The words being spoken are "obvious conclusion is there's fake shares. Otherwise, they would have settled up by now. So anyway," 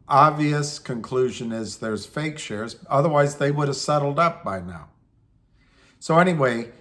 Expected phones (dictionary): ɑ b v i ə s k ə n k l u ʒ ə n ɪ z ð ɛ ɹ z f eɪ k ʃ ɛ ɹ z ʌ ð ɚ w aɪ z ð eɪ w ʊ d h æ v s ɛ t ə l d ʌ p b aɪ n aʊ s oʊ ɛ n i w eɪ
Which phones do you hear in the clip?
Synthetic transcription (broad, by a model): ɑ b v i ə s k ə n k l u ʒ ə n ɪ z ð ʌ ɹ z f eɪ k ʃ ɛ ɹ z ʌ ð ɚ w aɪ z ð eɪ w ʊ d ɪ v s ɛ t l d ʌ p b aɪ n aʊ s oʊ ɛ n i w eɪ